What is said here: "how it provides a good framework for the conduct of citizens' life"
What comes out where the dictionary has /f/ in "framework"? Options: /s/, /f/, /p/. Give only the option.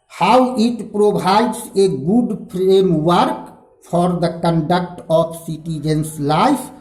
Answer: /p/